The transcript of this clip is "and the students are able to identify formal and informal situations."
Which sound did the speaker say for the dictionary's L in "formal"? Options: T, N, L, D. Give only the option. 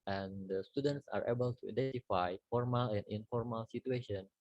L